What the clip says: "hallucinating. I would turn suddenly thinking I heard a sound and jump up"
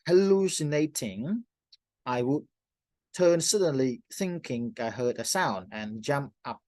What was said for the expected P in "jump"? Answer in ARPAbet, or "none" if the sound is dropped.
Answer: P